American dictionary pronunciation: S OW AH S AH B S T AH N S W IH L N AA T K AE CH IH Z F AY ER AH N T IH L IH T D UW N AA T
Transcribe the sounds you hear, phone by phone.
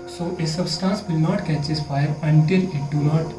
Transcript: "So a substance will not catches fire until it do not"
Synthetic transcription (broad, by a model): S OW AH S AH B S T AH N S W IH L N AA T K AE CH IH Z F AY ER AH N T IH L IH T D UW N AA T